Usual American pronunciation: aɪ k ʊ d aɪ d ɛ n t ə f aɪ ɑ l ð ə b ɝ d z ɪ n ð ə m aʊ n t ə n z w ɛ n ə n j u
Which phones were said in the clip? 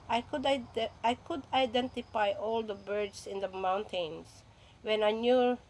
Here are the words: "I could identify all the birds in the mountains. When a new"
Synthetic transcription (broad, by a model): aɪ k ʊ d aɪ d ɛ n t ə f aɪ ɑ l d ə b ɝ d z ɪ n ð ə m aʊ n t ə n s w ɛ n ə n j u